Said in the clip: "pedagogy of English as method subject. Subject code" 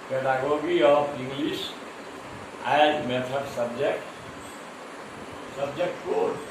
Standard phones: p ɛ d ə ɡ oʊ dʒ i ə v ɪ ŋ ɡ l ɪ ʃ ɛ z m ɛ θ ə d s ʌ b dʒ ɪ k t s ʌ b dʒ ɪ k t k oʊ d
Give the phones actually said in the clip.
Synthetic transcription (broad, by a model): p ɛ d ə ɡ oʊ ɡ i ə p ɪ ŋ ɡ l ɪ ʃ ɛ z m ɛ t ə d s ʌ b dʒ ɪ k t s ʌ b dʒ ɪ k t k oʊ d